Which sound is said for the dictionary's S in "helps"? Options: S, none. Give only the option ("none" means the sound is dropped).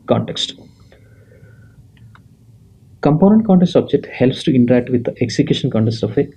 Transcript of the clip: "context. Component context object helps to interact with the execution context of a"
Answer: S